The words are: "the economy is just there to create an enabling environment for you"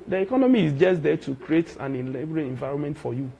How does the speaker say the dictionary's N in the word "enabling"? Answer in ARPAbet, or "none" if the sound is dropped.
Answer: L